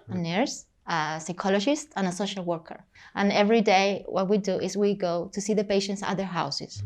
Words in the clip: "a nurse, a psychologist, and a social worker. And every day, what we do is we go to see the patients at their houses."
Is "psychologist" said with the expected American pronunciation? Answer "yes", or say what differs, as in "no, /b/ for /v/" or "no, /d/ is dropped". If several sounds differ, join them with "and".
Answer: yes